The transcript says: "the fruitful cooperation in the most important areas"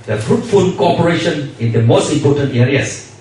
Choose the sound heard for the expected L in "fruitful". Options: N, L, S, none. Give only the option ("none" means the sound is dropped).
N